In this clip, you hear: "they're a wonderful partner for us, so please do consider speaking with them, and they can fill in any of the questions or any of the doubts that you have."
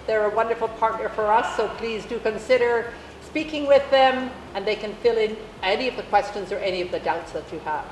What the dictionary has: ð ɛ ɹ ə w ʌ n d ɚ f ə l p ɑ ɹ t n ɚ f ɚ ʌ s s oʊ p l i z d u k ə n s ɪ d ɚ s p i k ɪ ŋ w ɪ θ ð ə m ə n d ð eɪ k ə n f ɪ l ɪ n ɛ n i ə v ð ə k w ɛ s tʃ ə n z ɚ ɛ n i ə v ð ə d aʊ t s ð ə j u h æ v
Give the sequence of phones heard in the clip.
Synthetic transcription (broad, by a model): ð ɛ ɹ ə w ʌ n d ɚ f l p ɑ ɹ t n ɚ f ɚ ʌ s s oʊ p l i z d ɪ k ə n s ɪ d ɚ s p i k ɪ ŋ w ɪ ð ə m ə n ð eɪ k ə n f ɪ l ɪ n ɛ n i ə v ð ə k w ɛ s tʃ ə n z ɚ ɛ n i ə v ð ə d aʊ t s ð ə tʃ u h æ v